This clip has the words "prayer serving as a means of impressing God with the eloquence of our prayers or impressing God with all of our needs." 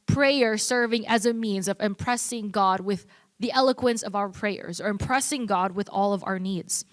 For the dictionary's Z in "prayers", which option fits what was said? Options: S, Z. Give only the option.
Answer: Z